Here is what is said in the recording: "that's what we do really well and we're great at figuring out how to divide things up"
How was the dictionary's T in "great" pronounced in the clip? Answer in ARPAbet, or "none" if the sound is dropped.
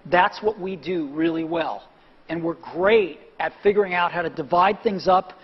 T